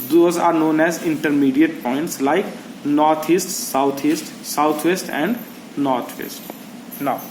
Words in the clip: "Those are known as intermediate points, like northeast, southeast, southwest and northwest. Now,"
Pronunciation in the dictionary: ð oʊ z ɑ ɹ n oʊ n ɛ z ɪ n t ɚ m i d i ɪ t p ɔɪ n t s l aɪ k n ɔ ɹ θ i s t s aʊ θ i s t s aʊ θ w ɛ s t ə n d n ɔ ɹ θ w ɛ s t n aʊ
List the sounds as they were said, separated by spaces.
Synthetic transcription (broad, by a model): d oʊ z ɑ ɹ n oʊ n ɛ z ɪ n t ɚ m i d i ɪ t p ɔɪ n t s l aɪ k n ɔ ɹ t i s t s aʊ t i s t s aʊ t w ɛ s t ə n d n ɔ ɹ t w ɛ s t n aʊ